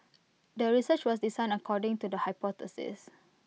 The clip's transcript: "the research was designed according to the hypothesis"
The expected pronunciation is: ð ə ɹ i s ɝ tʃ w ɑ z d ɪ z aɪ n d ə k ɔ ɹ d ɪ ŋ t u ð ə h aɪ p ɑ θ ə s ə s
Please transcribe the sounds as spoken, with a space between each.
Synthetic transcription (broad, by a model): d ə ɹ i s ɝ tʃ w ɑ s d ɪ s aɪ n ə k ɔ d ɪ ŋ t u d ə h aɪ p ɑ t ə s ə s